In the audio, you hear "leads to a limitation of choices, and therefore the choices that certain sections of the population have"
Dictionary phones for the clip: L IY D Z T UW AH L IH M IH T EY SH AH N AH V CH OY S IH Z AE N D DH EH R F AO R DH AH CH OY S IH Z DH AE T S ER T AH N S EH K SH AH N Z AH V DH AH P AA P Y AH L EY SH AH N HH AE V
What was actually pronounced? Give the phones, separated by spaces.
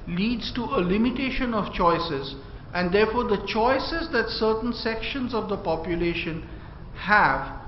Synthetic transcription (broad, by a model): L IY D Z T UW AH L IH M IH T EY SH AH N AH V CH OY S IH Z AE N D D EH R F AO R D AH CH OY S IH Z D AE T S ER T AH N S EH K SH AH N Z AH V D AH P AA P Y AH L EY SH AH N HH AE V